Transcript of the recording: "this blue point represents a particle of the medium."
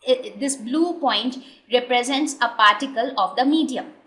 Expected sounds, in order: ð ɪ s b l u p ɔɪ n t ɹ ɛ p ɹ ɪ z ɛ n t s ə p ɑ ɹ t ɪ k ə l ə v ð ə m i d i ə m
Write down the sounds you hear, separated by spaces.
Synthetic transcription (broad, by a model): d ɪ s b l u p ɔɪ n t ɹ ɛ p ɹ ɪ z ɛ n t s ə p ɑ ɹ t ɪ k ə l ə v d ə m i d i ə m